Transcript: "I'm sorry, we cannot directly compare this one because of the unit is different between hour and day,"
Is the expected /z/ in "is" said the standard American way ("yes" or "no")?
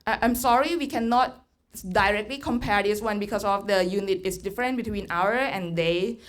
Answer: no